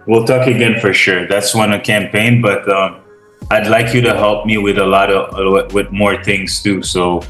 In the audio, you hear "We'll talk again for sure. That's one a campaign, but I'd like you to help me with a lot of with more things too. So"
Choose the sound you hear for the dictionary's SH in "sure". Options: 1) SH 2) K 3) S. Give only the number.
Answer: 1